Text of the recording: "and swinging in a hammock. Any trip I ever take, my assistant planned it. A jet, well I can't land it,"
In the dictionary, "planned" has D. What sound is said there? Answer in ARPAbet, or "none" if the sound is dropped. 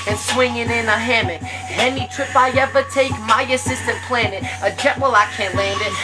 none